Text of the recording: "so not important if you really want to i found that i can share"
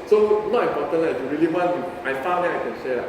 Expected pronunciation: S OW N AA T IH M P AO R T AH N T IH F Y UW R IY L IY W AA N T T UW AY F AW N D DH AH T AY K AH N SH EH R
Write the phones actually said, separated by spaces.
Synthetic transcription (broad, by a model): S OW N AA T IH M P AO T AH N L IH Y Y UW R IY L IY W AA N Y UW AY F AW D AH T AY K AH N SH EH